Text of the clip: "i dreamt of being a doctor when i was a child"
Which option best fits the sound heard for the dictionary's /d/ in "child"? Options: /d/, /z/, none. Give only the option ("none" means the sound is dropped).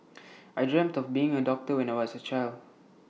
/d/